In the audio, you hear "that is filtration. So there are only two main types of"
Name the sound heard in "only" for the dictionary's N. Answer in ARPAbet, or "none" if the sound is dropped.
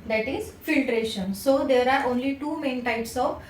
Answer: N